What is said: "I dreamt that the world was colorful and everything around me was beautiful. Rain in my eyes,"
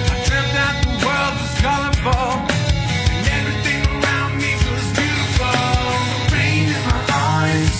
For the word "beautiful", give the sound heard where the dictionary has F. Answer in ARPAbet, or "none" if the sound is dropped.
none